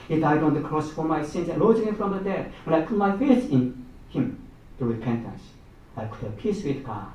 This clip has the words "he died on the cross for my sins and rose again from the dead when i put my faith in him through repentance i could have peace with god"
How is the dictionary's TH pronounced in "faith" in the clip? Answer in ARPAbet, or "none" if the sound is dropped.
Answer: S